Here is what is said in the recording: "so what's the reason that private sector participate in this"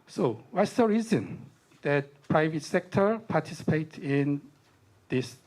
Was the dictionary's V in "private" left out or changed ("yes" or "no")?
no